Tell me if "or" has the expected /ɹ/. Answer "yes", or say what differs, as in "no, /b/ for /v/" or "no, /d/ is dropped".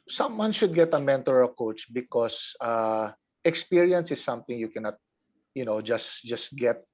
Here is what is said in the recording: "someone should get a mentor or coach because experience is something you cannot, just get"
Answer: no, /l/ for /ɹ/